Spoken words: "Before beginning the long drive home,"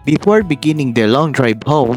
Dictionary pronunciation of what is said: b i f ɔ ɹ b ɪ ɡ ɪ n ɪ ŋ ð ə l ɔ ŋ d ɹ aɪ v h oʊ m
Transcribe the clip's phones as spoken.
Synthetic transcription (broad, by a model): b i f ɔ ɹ b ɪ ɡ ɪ n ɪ ŋ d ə l ɔ ŋ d ɹ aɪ b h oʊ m